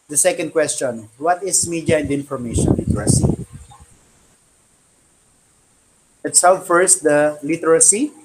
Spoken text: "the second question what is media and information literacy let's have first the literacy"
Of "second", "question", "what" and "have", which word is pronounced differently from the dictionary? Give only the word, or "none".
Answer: have